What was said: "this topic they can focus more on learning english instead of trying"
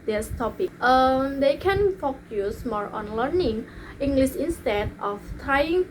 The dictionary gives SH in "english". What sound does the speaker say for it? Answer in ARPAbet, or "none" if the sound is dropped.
S